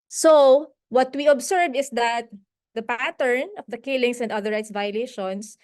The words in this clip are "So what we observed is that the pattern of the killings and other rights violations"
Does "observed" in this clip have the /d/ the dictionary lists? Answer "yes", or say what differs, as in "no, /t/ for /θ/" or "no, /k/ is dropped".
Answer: no, /d/ is dropped